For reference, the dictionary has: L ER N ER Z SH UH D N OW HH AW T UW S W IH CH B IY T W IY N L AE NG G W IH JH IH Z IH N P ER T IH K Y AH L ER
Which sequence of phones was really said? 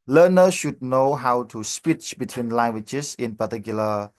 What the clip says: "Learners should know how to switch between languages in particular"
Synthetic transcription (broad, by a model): L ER N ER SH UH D N OW HH AW T UW S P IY CH B IY T W IY N L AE NG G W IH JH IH S IH N P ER T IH K Y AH L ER